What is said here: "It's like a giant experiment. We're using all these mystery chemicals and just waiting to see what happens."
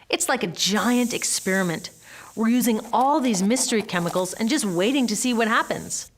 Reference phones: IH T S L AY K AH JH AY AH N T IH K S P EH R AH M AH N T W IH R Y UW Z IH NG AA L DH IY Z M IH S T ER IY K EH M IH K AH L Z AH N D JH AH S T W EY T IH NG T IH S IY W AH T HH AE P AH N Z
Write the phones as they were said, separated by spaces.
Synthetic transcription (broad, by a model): IH T S L AY K AH JH AY AH N T IH K S P EH R AH M AH N T W IH R Y UW Z IH NG AA L DH IY Z M IH S T ER IY K EH M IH K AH L Z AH N JH AH S T W EY T IH NG T IH S IY W AH T HH AE P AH N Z